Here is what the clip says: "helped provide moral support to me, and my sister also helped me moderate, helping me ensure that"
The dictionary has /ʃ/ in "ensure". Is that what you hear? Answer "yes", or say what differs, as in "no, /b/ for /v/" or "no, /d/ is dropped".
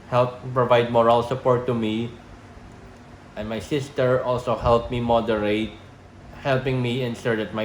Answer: no, /s/ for /ʃ/